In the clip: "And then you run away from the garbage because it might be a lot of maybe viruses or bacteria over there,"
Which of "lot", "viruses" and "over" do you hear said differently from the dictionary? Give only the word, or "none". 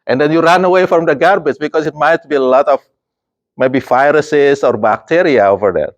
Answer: viruses